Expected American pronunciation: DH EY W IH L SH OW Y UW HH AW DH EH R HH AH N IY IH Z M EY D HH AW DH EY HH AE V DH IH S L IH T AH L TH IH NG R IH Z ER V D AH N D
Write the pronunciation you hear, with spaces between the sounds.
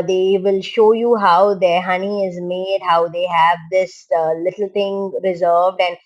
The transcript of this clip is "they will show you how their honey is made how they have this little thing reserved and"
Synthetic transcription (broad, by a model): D EY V IH L SH OW Y UW HH AW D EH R HH AH N IY IH Z M EY D HH AW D EY HH AE V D IH S L IH T AH L T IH NG R IH Z ER V D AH N D